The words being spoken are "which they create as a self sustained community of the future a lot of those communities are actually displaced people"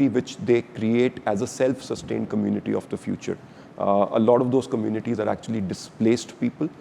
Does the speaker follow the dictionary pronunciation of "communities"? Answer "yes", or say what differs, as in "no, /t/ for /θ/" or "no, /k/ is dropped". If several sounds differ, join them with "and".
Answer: yes